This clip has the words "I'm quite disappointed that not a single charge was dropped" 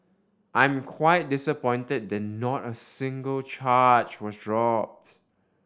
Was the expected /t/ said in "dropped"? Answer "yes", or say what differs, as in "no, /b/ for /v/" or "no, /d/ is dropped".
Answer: yes